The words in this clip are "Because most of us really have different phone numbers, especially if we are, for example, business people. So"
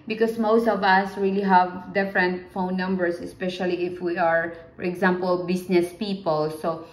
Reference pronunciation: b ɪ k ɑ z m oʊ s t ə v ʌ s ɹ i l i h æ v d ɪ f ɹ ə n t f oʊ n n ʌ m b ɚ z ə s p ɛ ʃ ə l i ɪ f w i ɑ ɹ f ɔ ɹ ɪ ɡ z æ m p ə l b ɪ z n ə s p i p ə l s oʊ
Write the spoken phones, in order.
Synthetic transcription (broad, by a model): b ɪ k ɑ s m oʊ s t ə v ʌ s ɹ i l i h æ v d ɪ f ɹ ə n t f oʊ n n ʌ m b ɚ s ə s p ɛ ʃ ə l i ɪ f w i ɑ ɹ f ɔ ɹ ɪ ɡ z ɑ m p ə l b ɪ s n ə s p i p ə l s oʊ